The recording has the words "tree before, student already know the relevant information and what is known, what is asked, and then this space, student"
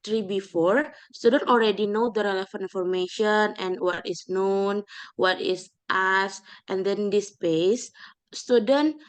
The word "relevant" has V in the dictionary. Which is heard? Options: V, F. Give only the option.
F